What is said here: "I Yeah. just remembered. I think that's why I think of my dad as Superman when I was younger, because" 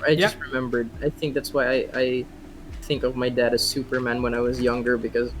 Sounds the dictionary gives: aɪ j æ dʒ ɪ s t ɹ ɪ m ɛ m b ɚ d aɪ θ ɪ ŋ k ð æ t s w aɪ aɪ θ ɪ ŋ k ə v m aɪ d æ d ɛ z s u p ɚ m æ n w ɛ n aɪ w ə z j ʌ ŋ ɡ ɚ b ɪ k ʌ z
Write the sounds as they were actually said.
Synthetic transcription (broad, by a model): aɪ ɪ s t ɹ ɪ m ɛ m b ɚ d aɪ θ ɪ ŋ k ð æ t s w aɪ aɪ θ ɪ ŋ k ə v m aɪ d æ d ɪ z s u p ɚ m æ n w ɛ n aɪ w ə z j ʌ ŋ ɡ ɚ b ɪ k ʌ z